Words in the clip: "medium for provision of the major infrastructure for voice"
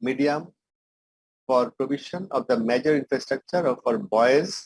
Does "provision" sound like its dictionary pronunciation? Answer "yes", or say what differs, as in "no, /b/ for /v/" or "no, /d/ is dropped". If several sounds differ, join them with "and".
no, /b/ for /v/ and /ʃ/ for /ʒ/